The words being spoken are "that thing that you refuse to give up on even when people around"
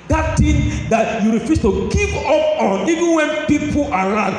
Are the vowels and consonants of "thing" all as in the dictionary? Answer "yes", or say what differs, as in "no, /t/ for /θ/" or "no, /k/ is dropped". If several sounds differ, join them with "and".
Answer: no, /t/ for /θ/